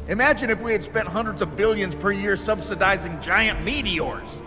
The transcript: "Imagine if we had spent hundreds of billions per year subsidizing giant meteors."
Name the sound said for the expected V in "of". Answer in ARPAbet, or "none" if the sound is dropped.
V